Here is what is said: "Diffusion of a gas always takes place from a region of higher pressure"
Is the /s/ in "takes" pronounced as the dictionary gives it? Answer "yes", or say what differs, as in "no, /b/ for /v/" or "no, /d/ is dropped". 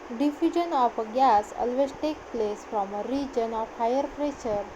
no, /s/ is dropped